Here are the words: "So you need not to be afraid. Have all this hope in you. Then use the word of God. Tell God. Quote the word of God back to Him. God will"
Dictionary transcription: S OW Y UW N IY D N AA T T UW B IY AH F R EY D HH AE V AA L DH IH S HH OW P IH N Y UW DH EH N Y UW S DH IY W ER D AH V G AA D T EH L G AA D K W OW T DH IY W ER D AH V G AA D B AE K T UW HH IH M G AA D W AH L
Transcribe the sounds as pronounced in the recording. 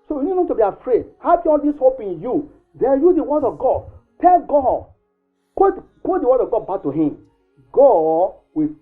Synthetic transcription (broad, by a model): S OW Y UW N IY D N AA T T UW B IY AH F R EY D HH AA P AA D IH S HH OW P IH N Y UW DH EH Y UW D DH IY W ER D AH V G AA D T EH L G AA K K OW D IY W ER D AH V G AA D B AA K T UW HH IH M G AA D W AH